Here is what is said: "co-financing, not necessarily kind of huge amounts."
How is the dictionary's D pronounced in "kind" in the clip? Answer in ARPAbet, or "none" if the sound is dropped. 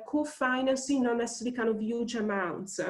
none